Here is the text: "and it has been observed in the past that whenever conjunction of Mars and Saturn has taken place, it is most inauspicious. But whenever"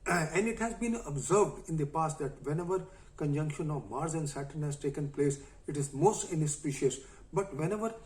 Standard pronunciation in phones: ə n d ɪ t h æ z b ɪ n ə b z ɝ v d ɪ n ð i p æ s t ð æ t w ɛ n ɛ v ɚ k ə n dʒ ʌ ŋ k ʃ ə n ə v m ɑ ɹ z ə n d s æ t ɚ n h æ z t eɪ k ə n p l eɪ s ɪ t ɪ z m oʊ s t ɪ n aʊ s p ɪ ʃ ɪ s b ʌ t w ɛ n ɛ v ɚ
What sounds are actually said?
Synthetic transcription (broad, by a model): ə n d ɪ t h æ z b ɪ n ə b z ɝ v d ɪ n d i p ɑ s t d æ t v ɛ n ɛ v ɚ k ə n dʒ ʌ ŋ k ʃ ə n ə v m ɑ ɹ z ə n d s æ t ɚ n h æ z t eɪ k ə n p l eɪ s ɪ t ɪ z m oʊ s t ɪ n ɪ s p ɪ ʃ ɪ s b ʌ t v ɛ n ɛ v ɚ